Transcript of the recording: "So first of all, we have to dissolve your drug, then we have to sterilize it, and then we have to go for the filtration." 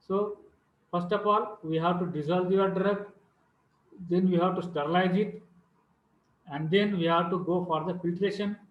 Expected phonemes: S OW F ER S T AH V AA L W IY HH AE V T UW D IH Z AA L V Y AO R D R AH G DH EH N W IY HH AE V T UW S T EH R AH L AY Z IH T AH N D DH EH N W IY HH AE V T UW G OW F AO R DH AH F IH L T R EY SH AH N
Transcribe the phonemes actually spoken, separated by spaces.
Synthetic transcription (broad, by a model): S OW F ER S T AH P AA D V IY HH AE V T UW D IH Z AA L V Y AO R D R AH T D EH N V IY HH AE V T UW S T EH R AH L AY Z IH T AH N D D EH N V IY HH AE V T UW G OW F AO R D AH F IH L T R EY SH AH N